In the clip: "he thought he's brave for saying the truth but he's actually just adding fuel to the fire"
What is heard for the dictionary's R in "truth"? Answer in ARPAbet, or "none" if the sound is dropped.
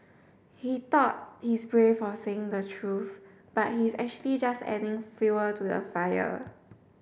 R